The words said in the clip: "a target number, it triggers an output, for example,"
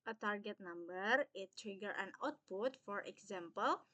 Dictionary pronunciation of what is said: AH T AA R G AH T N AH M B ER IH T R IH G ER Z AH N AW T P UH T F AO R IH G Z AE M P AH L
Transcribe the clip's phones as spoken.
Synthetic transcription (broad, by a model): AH T AA R G AH T N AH M B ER IH T R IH G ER AH N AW T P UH T F AO R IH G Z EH M P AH L